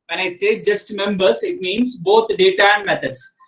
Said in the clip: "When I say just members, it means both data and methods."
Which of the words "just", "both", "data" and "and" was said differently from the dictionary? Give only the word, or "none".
both